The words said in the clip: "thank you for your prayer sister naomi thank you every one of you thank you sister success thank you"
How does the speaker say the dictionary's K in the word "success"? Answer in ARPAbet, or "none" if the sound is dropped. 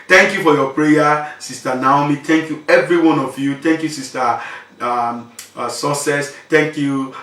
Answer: none